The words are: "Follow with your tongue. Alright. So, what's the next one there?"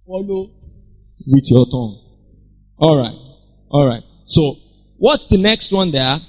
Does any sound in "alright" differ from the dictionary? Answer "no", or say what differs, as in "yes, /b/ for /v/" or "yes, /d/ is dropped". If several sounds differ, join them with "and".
no